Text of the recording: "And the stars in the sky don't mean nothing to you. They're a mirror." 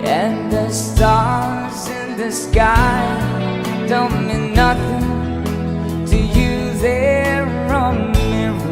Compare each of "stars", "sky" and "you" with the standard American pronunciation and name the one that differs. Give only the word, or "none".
none